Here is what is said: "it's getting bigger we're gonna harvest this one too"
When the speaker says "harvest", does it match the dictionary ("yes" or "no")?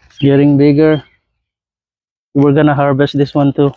no